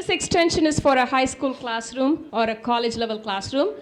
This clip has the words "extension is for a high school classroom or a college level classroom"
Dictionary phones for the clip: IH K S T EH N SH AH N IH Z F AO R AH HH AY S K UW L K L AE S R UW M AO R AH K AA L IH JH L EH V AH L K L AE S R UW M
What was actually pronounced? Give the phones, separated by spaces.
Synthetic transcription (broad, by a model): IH K S T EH N SH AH N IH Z F AO R AH HH AY S K UW L K L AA S R UW M AO R AH K AA L IH JH L EH V AH L K L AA S R UW M